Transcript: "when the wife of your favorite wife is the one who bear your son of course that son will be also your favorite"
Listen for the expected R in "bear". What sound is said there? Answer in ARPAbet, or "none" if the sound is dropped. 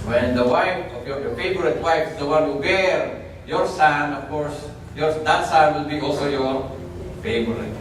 R